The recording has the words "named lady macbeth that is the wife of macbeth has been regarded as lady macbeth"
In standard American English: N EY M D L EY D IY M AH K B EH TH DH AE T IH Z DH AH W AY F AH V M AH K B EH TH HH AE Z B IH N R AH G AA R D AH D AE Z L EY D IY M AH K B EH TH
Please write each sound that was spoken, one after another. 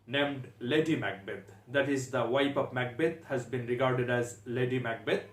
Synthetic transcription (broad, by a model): N EY M D L EY D IY M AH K B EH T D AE T IH Z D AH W AY P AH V M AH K B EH T HH AE Z B IH N R AH G AA R D AH D AE Z L EY D IY M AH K B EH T